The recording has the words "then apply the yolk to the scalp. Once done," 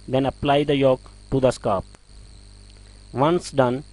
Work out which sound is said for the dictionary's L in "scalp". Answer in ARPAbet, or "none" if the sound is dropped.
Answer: none